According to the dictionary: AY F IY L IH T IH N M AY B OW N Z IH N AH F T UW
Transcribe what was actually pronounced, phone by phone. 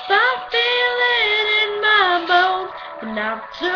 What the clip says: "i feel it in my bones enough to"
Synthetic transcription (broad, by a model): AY F IY L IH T IH N M AY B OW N IH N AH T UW